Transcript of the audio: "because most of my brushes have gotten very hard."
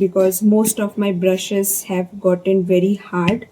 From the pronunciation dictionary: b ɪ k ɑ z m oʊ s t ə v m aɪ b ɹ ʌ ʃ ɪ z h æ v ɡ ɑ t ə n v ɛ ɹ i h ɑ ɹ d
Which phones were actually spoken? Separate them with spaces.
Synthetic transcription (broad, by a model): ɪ k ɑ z m oʊ s t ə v m aɪ b ɹ ʌ ʃ ɪ z h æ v ɡ ɑ t ə n v ɛ ɹ i h ɑ ɹ d